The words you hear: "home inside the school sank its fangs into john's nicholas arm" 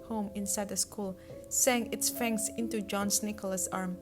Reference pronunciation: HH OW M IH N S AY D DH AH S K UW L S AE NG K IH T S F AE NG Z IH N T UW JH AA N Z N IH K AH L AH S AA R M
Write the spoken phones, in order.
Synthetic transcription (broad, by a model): HH OW M IH N S AY D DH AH S K UW L S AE NG IH T S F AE NG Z IH N T UW JH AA N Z N IH K AH L AH S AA R M